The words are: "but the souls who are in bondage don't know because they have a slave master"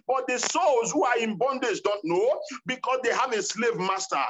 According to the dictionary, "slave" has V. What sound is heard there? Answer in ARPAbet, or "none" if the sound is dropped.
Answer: V